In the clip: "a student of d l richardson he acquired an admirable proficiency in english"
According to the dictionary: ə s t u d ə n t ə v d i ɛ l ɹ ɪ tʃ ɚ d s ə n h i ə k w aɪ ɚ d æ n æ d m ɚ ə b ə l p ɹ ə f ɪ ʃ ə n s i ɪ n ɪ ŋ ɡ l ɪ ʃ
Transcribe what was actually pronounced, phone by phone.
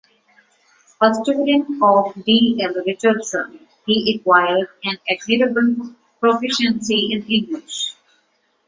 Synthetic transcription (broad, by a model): ə s t u d ə n t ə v d i ɛ l ɹ ɪ tʃ ɚ d s ə n h i ə k w aɪ ɚ d æ n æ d m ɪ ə b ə l p ɹ ə f ɪ ʃ ə n s i ɪ n ɪ ŋ ɡ l ɪ ʃ